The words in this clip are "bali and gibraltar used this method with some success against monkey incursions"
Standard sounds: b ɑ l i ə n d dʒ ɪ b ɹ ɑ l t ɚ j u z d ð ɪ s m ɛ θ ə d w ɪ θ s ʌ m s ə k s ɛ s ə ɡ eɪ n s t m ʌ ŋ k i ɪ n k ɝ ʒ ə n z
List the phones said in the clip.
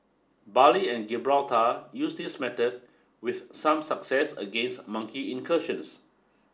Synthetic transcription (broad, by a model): b ɑ l i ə n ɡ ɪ b ɹ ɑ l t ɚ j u s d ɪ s m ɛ t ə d w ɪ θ s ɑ m s ə k s ɛ s ə ɡ eɪ n s t m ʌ ŋ k i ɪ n k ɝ ʃ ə n s